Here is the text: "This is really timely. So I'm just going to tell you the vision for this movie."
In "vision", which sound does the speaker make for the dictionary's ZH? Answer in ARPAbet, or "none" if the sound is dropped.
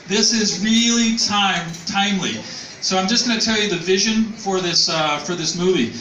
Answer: ZH